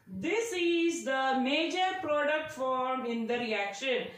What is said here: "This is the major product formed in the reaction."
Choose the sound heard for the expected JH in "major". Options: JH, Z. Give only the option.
JH